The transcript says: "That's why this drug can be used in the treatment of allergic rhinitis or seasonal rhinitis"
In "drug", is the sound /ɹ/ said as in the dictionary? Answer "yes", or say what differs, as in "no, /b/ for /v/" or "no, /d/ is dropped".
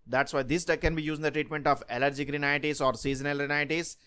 no, /ɹ/ is dropped